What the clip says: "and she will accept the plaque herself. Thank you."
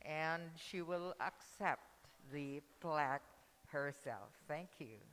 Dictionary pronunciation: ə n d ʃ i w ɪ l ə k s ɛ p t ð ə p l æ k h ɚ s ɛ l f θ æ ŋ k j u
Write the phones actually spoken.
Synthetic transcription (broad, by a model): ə n ʃ i w ɪ l ə k s ɛ p t ð ə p l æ k h ɚ s ɛ l f θ æ ŋ k j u